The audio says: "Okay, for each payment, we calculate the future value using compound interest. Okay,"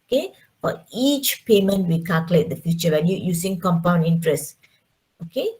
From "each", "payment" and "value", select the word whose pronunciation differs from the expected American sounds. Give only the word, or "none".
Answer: value